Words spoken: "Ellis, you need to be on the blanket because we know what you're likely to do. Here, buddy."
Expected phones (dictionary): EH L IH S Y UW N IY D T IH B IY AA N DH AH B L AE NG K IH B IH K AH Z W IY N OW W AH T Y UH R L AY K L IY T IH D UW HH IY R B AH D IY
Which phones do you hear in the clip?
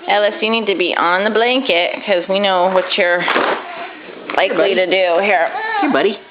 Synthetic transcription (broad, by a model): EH L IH S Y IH N IY D T IH B IY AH N DH AH B L AE NG K IH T K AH Z W IY N OW W AH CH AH R L AY K L IY T IH D UW HH IY R B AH D IY